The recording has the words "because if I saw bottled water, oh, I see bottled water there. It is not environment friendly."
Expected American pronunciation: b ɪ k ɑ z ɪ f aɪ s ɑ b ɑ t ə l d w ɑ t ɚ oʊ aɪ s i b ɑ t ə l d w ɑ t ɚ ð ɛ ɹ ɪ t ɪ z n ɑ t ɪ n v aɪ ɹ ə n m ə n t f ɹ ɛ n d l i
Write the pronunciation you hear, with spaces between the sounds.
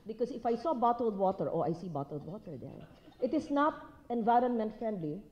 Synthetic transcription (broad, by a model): b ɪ k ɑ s ɪ f aɪ s ɑ b ɑ t ə l d w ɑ t ɚ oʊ aɪ s i b ɑ t ə l d w ɑ t ɚ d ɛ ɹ ɪ t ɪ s n ɑ t ɪ n v aɪ ɹ ə n m ə n t f ɹ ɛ n d l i